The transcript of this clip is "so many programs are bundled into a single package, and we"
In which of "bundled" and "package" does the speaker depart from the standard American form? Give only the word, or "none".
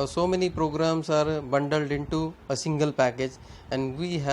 none